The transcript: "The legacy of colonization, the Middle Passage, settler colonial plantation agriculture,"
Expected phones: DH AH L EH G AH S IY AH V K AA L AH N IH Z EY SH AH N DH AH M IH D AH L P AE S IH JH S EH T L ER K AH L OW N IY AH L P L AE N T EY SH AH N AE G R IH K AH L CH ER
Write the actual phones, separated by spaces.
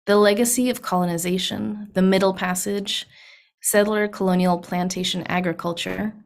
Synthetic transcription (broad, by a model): DH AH L EH G AH S IY AH V K AA L AH N IH Z EY SH AH N DH AH M IH D L P AE S IH JH S EH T L ER K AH L OW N IY L P L AE N T EY SH AH N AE G R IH K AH L CH ER